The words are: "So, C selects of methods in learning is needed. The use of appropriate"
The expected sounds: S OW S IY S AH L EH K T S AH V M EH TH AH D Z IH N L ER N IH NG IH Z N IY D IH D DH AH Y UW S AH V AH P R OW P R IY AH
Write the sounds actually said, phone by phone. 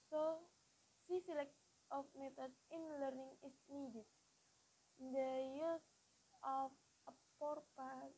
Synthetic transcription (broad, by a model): S OW S IY S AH L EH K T AH F M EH T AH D S IH N L ER N IH NG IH S N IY D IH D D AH Y UW S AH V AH P R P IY